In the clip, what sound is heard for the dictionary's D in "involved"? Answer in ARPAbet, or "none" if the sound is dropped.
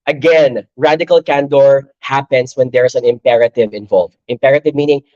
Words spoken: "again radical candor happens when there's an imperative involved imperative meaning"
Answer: none